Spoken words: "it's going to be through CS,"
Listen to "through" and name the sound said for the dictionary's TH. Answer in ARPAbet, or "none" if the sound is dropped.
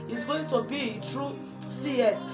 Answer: T